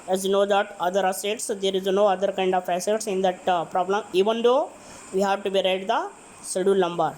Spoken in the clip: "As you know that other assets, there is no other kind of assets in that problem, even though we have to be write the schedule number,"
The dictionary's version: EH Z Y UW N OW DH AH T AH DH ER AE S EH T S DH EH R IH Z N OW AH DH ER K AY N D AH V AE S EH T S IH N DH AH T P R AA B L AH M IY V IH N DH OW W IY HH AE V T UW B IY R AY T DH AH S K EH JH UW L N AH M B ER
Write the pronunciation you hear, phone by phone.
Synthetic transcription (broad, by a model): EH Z Y UW N OW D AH T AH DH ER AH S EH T S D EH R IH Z N OW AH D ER K AY N D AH F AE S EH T S IH N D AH T P R AA B L AH M IY V IH N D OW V IY HH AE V T UW B IY R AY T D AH S IH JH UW L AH M B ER